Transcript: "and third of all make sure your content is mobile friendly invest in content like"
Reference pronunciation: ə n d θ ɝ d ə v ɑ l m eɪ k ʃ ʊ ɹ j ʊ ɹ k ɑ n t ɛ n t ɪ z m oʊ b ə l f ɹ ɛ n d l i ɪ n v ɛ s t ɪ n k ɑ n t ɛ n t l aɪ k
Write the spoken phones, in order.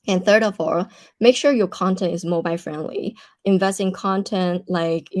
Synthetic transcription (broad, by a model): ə n θ ɝ d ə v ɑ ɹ m eɪ k ʃ ʊ ɹ j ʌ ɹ k ɑ n t ɛ n t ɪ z m oʊ b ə l f ɹ ɛ n d l i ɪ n v ɛ s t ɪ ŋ k ɑ n t ɛ n t l aɪ k